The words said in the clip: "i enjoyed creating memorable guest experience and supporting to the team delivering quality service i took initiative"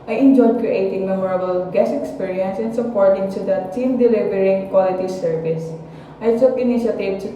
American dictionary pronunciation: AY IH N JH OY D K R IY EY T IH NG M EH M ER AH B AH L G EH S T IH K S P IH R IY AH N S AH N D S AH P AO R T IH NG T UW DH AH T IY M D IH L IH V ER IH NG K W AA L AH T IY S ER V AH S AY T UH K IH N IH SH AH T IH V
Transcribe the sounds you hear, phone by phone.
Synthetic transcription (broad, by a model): AY IH N JH OY D K R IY EY T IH NG M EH M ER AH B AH L G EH S IH K S P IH R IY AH N S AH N S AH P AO R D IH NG T UW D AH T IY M D IH L IH V ER IH NG K W AA L AH T IY S ER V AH S AY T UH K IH N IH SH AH T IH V